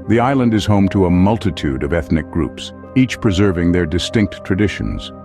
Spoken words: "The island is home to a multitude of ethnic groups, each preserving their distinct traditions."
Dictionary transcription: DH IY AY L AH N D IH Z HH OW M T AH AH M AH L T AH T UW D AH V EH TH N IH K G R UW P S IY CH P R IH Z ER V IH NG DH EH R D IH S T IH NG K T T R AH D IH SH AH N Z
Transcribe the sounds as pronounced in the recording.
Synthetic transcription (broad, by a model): DH IY AY L AH N D IH Z HH OW M T AH AH M AH L T AH T UW D AH V EH TH N IH K G R UW P S IY CH P R IH Z ER V IH NG DH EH R D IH S T IH NG K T T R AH D IH SH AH N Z